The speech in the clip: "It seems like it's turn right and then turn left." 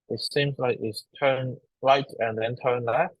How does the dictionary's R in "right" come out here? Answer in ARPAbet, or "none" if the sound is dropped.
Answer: R